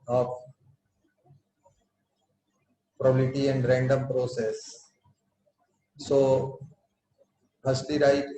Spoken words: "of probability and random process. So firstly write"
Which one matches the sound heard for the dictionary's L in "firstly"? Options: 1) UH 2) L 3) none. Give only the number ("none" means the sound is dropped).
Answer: 3